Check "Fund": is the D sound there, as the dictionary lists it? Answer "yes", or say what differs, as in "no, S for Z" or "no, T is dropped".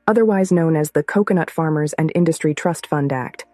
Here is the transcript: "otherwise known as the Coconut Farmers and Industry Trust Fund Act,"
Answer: yes